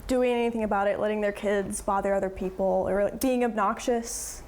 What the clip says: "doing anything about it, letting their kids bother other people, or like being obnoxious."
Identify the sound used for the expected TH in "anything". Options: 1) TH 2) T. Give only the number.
1